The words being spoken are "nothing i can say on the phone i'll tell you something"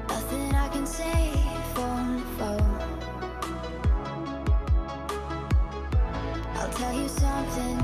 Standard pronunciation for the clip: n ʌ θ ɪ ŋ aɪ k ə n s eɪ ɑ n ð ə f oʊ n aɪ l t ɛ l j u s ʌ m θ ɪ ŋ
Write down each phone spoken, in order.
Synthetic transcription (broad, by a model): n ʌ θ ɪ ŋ aɪ k ə n s eɪ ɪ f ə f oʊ aɪ l t ɛ l j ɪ s ʌ m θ ɪ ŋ